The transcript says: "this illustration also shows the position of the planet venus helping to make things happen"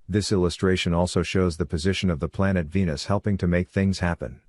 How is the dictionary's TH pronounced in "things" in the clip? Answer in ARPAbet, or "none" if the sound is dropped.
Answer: TH